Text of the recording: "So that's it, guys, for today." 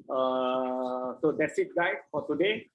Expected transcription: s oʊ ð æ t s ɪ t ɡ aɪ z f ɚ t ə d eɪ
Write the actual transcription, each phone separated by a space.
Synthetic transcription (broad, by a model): s oʊ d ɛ t s ɪ t ɡ aɪ f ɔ t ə d eɪ